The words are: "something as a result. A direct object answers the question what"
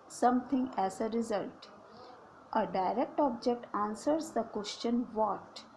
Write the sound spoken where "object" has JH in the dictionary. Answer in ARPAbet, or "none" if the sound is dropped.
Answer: JH